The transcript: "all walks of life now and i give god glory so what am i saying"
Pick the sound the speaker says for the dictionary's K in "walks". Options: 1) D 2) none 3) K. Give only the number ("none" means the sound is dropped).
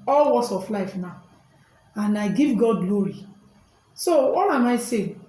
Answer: 2